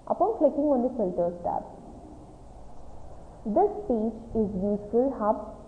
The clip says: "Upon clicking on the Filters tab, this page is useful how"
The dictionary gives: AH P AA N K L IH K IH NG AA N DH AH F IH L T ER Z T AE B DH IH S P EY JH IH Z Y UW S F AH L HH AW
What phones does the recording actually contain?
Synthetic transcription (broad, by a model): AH P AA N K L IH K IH NG AA N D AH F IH L T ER S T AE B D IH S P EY CH IH Z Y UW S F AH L HH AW